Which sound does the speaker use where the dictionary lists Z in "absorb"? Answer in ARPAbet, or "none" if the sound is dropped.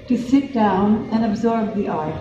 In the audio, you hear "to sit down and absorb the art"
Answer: Z